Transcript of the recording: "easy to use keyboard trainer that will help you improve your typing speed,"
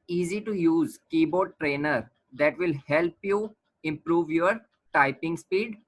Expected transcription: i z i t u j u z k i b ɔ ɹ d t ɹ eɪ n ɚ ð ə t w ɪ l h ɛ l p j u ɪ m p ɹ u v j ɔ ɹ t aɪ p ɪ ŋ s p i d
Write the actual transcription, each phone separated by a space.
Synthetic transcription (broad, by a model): i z i t u j u z k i b ɔ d t ɹ eɪ n ɚ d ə t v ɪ l h ɛ l p j u ɪ m p ɹ u v j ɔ ɹ t aɪ p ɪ ŋ s p i d